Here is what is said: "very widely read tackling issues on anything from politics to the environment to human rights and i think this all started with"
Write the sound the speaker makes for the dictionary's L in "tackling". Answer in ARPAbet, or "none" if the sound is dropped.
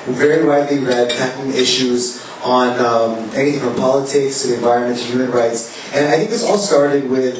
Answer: none